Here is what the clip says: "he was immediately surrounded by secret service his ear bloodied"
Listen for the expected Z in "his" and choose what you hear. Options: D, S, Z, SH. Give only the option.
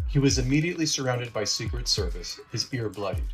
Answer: Z